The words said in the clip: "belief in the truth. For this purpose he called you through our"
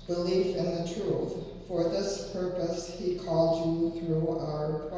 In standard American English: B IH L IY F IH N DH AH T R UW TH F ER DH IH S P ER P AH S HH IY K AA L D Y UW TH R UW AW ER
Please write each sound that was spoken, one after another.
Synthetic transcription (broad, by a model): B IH L IY F IH N DH AH T R UW TH F ER DH IH S P ER P AH S HH IY K AA L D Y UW TH R UW AW ER